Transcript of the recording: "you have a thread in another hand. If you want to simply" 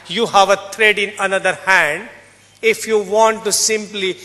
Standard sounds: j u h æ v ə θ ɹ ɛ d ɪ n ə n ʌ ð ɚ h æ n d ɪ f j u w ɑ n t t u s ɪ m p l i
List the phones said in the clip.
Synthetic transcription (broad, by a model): j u h æ v ə t ɹ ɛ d ɪ n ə n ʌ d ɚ h æ n d ɪ f j u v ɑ n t t u s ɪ m p l i